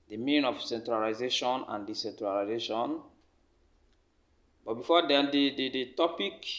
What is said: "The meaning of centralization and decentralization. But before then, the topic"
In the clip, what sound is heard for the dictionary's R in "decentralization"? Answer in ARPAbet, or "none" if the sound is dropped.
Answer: R